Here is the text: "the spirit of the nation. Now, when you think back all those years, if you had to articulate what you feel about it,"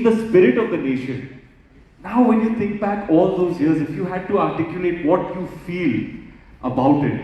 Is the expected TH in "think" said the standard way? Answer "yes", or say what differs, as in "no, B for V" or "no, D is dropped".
no, T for TH